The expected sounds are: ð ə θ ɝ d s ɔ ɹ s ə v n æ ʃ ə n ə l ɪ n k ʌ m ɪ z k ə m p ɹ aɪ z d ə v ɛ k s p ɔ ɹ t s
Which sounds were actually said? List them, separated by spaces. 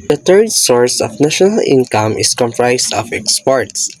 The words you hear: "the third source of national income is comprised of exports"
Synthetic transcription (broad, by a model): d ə t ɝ d s ɔ ɹ s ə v n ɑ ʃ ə n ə l ɪ n k ʌ m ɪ s k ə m p ɹ aɪ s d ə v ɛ k s p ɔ ɹ t s